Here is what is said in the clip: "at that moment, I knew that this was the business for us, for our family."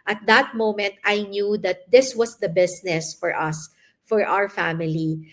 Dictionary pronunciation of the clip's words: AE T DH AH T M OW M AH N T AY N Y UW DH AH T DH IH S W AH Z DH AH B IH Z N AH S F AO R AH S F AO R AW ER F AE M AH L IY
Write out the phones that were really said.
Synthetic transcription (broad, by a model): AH T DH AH T M OW M AH N T AY N Y UW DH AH T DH IH S W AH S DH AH B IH S N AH S F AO R AH S F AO R AW ER F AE M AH L IY